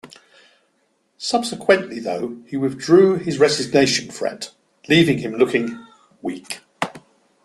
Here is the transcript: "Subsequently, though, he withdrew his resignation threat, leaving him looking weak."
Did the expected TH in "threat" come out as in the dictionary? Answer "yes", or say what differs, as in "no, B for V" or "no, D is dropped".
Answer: no, F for TH